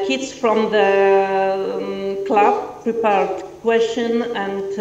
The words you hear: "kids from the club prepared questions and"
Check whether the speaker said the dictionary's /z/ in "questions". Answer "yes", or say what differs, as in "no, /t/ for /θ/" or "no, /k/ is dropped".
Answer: no, /z/ is dropped